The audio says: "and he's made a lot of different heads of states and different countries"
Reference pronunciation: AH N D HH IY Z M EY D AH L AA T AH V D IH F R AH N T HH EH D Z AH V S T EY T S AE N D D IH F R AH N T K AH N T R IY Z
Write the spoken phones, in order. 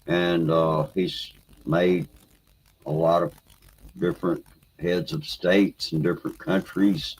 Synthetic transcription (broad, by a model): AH N HH IY Z M EY D AH L AA T AH V D IH F R AH N T HH EH D Z AH V S T EY T S N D D IH F R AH N K AH N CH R IY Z